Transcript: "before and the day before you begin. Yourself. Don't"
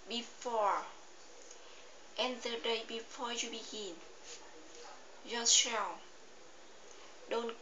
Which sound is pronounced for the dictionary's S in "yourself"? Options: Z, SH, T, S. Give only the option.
SH